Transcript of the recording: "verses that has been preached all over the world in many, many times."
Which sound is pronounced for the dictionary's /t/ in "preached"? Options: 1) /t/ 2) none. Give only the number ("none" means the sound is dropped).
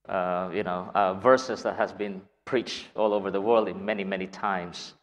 1